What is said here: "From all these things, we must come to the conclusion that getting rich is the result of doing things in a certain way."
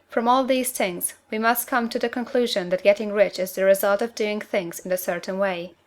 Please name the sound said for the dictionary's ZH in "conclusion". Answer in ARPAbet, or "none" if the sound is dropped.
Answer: ZH